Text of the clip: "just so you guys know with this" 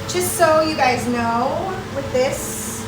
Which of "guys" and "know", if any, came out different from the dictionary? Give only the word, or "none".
none